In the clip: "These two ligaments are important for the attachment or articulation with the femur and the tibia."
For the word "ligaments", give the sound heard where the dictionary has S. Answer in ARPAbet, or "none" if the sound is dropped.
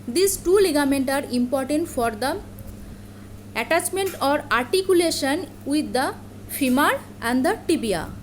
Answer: none